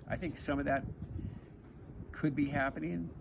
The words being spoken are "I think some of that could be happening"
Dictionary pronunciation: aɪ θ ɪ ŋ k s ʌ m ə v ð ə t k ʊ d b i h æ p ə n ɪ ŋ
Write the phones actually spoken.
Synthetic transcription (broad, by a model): aɪ θ ɪ ŋ k s ʌ m ə v ð ə t k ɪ d b i h æ p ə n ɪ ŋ